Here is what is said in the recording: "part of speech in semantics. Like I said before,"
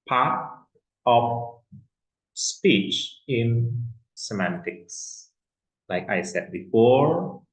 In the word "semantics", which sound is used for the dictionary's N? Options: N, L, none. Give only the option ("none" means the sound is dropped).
N